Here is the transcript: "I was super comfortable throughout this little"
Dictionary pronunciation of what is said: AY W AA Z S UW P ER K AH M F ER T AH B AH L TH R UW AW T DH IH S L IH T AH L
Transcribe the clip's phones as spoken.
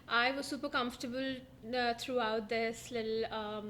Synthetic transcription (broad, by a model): AY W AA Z S UW P ER K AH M F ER T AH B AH L T R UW AW T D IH S L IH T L